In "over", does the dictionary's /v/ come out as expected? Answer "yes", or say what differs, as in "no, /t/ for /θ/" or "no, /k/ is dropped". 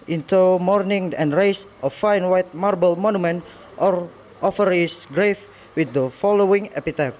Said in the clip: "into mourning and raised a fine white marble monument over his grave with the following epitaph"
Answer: no, /f/ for /v/